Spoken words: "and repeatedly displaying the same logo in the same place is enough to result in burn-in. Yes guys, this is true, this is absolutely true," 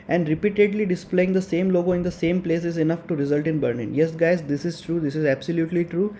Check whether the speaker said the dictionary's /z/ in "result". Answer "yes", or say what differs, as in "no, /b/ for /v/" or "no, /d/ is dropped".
yes